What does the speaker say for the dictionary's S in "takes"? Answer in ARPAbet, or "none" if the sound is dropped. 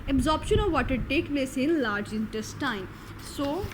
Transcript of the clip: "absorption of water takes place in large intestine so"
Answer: none